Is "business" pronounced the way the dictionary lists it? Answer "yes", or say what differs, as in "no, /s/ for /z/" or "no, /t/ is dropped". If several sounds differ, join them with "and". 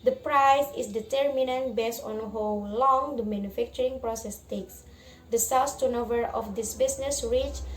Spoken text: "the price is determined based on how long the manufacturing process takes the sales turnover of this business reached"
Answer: no, /s/ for /z/